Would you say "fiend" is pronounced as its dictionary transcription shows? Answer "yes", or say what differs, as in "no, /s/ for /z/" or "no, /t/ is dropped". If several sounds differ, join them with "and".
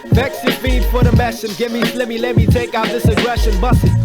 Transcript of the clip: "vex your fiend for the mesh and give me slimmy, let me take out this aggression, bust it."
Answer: no, /n/ is dropped